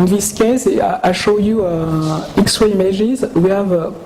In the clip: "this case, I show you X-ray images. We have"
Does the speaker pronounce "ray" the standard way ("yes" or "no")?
no